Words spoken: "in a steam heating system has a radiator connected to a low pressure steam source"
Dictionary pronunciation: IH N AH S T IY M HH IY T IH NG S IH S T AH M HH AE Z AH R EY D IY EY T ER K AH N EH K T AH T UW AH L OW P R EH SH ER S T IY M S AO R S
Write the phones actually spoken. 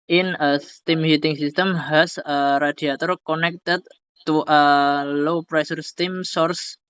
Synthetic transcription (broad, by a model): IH N AH S T IY M HH IY T IH NG S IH S T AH M HH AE S AH R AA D IY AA T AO K AH N EH K T AH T UW AH L OW P R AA S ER S T IY M S AO R S